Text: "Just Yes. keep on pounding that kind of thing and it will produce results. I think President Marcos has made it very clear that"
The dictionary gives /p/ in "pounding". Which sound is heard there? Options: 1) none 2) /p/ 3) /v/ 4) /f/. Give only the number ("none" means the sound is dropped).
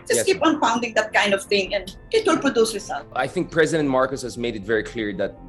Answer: 4